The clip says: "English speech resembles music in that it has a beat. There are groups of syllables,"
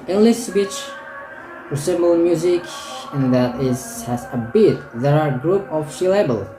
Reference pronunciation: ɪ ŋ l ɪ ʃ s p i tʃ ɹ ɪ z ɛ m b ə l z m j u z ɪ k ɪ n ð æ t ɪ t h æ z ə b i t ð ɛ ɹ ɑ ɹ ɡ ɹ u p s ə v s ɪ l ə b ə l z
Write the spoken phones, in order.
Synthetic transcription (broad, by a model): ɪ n l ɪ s b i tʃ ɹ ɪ s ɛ m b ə l m j u z ɪ k ɪ n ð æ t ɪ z h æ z ə b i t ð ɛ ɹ ɑ ɹ ɡ ɹ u p ə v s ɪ l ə b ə l